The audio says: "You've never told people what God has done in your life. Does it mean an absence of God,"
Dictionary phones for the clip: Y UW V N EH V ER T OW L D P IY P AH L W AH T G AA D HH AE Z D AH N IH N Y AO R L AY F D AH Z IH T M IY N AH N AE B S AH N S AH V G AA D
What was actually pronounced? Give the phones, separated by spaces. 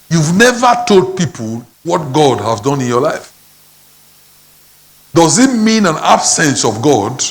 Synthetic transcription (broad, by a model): Y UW V N EH V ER T OW L D P IY P AH L W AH T G AA D HH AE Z D AH N IH N Y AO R L AY F D AH Z IH T M IY N AH N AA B S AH N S AH V G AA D